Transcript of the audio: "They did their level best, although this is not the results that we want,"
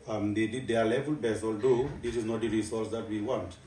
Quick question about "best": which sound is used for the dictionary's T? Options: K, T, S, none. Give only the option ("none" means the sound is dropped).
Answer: none